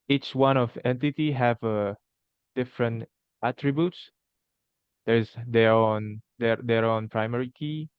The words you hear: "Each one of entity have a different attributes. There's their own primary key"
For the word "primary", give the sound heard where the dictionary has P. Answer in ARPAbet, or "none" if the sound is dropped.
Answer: P